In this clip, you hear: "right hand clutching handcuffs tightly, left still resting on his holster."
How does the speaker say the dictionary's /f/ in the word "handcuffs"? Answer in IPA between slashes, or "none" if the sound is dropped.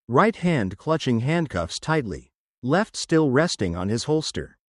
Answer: /f/